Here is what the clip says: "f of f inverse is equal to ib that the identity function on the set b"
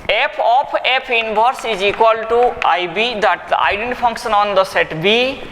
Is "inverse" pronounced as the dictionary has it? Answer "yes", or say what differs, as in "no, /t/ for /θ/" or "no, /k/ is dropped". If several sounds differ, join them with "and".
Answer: no, /b/ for /v/